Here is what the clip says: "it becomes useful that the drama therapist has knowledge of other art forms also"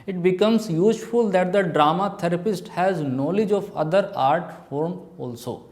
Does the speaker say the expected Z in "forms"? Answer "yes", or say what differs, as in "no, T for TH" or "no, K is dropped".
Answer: no, Z is dropped